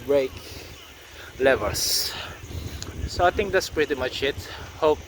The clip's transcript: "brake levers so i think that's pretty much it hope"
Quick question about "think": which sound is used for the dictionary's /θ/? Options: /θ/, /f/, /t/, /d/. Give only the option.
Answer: /t/